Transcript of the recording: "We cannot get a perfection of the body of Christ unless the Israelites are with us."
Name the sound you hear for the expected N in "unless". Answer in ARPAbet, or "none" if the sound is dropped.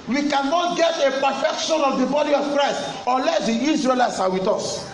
none